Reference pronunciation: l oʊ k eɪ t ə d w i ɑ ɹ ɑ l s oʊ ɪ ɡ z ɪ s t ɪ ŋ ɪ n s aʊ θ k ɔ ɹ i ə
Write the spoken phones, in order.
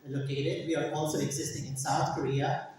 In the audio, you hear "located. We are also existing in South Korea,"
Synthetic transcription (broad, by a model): l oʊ k eɪ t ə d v i ɑ ɹ ɑ l s oʊ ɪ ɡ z ɪ s t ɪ ŋ ɪ n s aʊ t k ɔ ɹ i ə